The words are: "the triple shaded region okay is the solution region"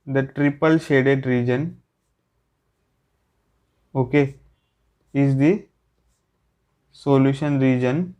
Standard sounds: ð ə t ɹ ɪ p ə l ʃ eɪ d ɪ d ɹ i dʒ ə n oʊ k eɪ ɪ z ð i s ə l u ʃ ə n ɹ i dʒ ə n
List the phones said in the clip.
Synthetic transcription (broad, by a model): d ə t ɹ ɪ p ə l ʃ eɪ d ɪ d ɹ i dʒ ə n oʊ k eɪ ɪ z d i s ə l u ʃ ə n ɹ i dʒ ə n